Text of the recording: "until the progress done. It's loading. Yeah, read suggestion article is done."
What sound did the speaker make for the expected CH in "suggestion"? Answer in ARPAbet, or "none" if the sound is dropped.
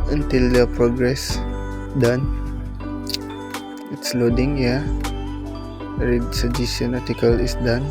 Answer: none